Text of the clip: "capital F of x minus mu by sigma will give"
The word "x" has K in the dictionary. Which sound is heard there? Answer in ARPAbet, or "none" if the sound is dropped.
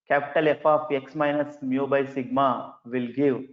K